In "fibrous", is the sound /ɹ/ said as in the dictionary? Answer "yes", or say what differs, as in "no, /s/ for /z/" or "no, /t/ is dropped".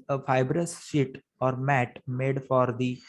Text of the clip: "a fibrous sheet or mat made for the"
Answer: yes